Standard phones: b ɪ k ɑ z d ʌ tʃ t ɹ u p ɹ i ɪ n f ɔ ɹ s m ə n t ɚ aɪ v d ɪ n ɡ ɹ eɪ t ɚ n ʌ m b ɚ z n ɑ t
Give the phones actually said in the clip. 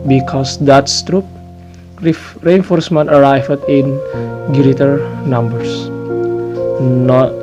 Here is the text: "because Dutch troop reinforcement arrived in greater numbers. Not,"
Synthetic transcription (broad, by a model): b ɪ k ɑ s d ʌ s t ɹ u p ɹ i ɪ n f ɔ ɹ s m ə n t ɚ aɪ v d ɪ n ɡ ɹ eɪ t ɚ n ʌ m b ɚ s n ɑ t